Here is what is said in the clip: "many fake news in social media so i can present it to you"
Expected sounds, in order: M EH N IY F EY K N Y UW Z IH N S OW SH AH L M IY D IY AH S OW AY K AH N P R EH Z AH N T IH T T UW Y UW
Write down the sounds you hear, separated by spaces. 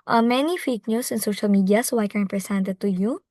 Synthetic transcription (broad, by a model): M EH N IY F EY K N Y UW S IH N S OW SH AH L M IY D IY AH S OW AY K AH N P R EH S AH N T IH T T UW Y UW